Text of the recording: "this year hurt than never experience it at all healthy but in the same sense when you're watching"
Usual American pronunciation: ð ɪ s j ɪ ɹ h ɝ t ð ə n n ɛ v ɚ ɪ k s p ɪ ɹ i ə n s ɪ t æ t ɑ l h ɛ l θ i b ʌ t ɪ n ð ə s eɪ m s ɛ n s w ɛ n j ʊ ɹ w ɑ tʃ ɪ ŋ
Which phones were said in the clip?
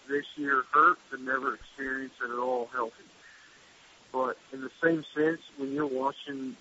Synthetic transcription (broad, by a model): ð ɪ s j ɪ ɹ h ɝ t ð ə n n ɛ v ɚ ɪ k s p ɪ ɹ i ə n s ɪ t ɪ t ɑ l h ɛ l θ i b ʌ t ɪ n ð ə s eɪ m s ɛ n s w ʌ n j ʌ ɹ w ɑ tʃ ɪ ŋ